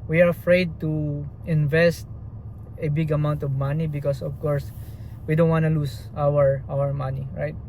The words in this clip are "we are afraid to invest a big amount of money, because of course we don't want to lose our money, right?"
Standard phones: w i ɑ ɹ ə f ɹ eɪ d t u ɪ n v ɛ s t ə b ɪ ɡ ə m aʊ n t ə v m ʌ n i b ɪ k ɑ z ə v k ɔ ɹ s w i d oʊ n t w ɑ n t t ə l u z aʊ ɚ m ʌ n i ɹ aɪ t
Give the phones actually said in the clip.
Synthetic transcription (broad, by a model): w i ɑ ɹ ə f ɹ eɪ d t u ɪ n v ɛ s t ə b ɪ ɡ ə m aʊ n t ə v m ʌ n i b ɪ k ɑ s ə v k ɔ ɹ s w i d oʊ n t w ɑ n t t ə w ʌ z aʊ ɚ m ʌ n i ɹ aɪ t